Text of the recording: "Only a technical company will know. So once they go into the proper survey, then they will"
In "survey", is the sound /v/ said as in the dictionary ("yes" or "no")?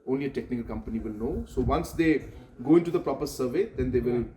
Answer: yes